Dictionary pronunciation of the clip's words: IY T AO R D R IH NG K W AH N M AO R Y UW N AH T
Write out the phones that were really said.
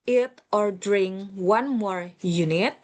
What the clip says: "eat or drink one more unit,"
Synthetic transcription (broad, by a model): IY T AO R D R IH NG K W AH N M AO R Y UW N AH T